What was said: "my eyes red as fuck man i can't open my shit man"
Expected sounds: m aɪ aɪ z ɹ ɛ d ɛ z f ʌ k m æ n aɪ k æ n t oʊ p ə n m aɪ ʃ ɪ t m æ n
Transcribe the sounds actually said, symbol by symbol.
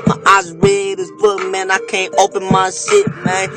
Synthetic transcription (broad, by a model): m aɪ aɪ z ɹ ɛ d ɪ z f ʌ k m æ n aɪ k æ n t oʊ p ə n m aɪ s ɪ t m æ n